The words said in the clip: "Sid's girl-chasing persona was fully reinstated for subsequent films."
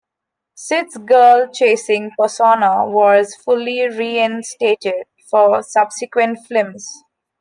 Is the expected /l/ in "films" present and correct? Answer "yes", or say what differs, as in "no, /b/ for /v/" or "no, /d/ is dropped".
no, /l/ is dropped